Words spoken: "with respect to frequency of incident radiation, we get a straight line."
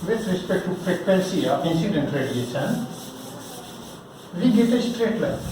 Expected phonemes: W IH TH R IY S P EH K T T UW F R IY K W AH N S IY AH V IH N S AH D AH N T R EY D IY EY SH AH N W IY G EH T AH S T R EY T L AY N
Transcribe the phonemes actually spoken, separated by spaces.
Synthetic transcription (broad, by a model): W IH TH R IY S P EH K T T UW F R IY K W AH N S IY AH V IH N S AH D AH N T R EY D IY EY S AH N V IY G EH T AH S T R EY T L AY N